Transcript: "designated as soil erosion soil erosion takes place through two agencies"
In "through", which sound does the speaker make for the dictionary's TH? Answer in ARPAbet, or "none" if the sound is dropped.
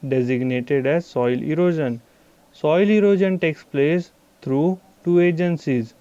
T